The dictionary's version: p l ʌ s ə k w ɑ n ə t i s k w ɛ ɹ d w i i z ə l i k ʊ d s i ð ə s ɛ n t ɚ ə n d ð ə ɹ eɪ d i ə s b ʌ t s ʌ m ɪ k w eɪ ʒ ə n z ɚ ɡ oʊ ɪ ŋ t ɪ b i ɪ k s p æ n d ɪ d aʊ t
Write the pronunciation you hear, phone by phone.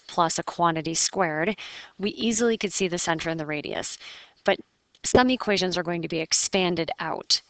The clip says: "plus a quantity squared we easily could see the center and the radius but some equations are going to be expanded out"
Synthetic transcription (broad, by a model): p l ʌ s ə k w ɑ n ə t i s k w ɛ ɹ d w i i z l i k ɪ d s i ð ə s ɛ n t ɚ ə n ð ə ɹ eɪ d i ə s b ʌ t s ʌ m ɪ k w eɪ ʒ ə n z ɚ ɡ oʊ ɪ ŋ t ɪ b i ɪ k s p æ n d ɪ d aʊ t